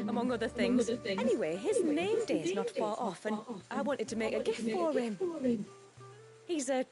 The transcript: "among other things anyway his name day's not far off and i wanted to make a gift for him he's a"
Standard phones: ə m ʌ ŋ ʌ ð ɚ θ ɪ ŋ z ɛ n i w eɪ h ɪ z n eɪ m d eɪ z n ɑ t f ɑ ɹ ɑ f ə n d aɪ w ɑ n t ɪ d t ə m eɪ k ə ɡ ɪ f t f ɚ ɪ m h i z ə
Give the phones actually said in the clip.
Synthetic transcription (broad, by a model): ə m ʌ ŋ ʌ ð ɚ θ ɪ ŋ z ɛ n i w eɪ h ɪ z n eɪ m d eɪ z n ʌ t f ɑ ɹ ɑ f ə n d aɪ w ɑ n t ɪ d t ə m eɪ k ə ɡ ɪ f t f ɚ ɪ m h i z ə